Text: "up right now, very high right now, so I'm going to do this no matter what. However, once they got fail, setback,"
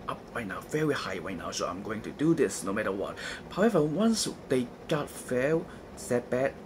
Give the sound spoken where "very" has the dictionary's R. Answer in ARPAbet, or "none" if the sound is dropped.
R